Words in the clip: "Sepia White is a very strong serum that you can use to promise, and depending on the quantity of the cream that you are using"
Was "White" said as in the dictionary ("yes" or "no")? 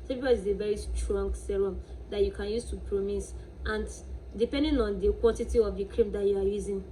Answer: no